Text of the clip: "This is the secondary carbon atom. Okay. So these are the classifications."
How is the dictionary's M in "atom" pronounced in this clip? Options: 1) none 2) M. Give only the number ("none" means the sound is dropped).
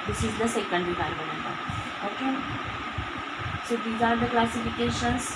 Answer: 1